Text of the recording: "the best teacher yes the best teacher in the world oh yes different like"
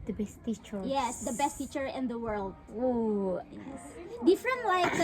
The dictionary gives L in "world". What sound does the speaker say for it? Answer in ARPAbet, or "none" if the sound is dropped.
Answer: L